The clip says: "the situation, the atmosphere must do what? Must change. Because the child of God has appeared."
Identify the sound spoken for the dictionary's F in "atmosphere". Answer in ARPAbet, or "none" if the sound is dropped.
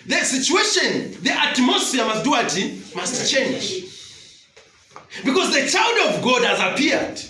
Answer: none